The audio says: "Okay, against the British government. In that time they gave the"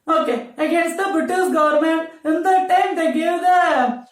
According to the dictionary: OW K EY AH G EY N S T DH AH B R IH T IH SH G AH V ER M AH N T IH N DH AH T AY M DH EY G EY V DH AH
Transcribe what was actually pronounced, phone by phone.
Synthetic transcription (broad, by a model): OW K EY AH G EY N S T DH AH B R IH T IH S G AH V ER M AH N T IH N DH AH T AY M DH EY G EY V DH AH